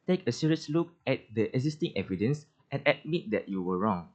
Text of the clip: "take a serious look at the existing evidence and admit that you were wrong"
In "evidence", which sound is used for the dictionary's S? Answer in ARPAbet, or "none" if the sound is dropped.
S